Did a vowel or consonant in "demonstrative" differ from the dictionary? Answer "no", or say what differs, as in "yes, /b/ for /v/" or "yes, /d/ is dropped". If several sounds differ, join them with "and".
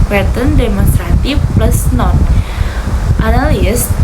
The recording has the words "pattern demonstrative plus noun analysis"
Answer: yes, /f/ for /v/